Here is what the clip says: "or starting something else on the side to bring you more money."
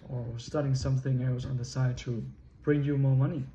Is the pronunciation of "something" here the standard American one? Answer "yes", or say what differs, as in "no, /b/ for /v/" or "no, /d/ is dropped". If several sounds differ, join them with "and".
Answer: yes